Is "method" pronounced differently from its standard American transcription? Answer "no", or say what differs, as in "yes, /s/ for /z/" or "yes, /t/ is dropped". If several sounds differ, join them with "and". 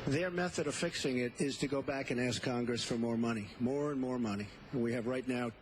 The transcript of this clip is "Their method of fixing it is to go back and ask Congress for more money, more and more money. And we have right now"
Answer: no